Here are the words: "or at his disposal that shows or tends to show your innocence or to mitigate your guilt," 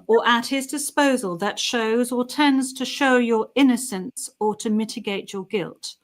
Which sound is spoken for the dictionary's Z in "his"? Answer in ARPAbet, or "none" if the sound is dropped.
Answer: Z